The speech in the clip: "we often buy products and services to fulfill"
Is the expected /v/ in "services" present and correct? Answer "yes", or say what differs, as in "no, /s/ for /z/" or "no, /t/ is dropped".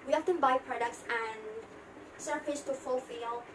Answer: no, /p/ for /v/